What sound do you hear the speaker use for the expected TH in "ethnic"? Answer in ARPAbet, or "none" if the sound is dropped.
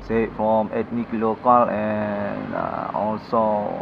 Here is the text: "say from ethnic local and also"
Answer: T